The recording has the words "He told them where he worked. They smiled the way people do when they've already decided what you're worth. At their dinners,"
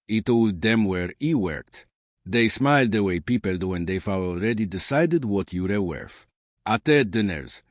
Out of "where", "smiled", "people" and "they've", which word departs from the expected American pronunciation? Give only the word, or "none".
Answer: they've